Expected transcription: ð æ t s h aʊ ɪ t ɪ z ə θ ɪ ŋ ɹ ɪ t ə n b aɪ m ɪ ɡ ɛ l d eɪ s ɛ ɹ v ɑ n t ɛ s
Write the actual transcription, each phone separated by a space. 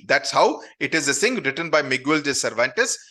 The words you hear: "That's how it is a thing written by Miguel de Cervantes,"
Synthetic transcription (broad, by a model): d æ t s h aʊ ɪ t ɪ z ə s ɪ ŋ ɹ ɪ t ə n b aɪ m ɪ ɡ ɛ l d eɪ s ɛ ɹ v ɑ n t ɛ s